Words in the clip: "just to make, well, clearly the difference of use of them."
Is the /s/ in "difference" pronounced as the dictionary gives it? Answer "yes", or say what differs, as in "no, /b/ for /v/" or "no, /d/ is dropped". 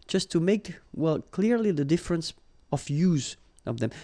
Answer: yes